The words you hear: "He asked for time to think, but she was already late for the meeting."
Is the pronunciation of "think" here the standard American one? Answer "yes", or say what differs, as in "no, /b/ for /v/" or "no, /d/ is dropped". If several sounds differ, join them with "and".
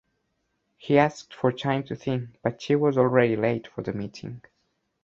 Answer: yes